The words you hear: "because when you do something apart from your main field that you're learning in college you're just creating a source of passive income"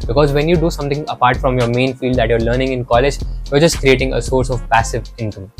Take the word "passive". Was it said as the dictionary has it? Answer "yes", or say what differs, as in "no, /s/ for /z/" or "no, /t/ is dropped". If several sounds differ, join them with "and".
yes